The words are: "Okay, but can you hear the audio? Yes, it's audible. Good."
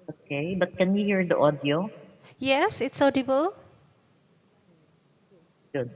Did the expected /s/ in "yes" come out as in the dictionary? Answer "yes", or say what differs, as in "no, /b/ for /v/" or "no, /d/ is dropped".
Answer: yes